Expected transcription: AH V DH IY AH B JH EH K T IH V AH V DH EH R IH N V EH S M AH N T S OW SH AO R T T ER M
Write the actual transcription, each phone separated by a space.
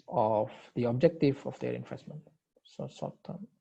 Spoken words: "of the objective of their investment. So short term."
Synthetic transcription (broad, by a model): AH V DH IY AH B JH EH K T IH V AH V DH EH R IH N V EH S M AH N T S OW S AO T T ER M